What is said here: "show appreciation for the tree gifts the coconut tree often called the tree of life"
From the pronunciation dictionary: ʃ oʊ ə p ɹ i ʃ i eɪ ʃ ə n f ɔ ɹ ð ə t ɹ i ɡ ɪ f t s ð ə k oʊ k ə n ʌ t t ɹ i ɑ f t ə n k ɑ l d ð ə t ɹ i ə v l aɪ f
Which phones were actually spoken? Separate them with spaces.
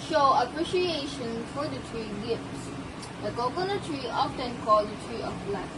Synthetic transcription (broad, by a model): ʃ oʊ ə p ɹ i ʃ i eɪ ʃ ə n f ɔ ɹ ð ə t ɹ i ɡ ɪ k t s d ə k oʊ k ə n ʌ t t ɹ i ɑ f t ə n k ɑ l d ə t ɹ i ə b l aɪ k